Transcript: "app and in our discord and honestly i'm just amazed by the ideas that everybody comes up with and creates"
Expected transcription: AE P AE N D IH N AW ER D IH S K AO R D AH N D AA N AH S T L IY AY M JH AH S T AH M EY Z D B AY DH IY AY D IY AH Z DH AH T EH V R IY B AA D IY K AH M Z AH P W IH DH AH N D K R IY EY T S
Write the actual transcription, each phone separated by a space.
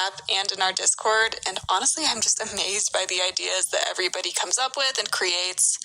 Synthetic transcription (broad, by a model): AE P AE N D IH N AW ER D IH S K AO R D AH N AA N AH S T L IY AY M JH AH S T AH M EY Z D B AY DH IY AY D IY AH Z DH AH T EH V R IY B AA D IY K AH M Z AH P W IH DH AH N K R IY EY T S